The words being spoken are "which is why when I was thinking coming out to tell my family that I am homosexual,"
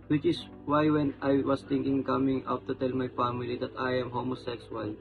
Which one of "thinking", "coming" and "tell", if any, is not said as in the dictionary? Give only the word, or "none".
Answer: thinking